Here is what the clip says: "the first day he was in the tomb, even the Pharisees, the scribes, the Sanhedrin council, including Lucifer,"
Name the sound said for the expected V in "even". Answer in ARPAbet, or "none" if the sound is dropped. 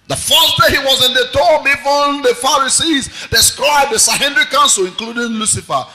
F